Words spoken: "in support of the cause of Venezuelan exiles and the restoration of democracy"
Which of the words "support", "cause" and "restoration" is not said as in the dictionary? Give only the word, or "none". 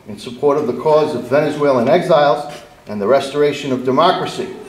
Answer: none